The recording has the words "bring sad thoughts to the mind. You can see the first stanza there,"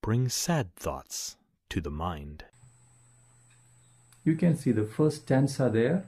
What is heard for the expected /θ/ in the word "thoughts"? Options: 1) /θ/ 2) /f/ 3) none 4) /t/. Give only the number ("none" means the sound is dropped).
1